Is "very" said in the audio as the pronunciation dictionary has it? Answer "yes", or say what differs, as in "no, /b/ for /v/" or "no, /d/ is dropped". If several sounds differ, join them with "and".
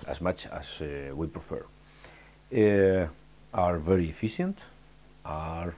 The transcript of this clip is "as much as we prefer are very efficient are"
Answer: yes